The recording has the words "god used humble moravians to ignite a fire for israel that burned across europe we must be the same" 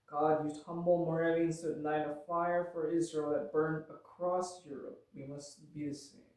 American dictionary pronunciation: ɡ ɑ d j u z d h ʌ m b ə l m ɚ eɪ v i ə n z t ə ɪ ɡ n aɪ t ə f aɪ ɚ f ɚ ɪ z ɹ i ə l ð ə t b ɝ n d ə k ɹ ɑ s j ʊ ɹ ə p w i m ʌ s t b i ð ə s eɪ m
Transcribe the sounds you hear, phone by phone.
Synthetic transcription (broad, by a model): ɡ ɑ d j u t ʌ m b l m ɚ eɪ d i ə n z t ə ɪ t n aɪ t ə f aɪ ɚ f ɚ ɪ z ɹ i ə l ð ə t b ɝ n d ə k ɹ ɑ s j ʊ ɹ ə p w i m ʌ s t b i ð ə s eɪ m